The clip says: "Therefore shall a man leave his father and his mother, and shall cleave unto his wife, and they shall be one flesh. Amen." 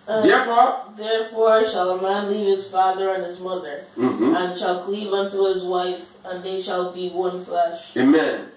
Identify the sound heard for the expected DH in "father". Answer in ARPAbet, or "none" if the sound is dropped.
DH